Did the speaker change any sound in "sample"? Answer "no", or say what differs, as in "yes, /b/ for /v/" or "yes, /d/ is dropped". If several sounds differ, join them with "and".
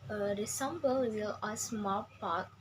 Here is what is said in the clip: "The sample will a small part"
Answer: yes, /b/ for /p/